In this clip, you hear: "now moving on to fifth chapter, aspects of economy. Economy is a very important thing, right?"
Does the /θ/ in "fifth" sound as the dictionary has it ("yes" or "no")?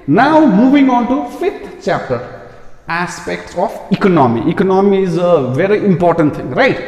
no